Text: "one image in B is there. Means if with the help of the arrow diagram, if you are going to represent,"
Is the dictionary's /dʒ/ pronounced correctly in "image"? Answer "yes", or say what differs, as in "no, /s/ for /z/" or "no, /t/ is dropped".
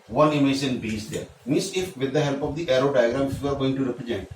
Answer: no, /ʃ/ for /dʒ/